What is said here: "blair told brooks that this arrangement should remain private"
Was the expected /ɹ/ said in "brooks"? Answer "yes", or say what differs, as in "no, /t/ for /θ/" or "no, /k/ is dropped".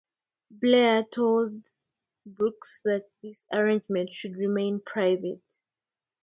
no, /ɹ/ is dropped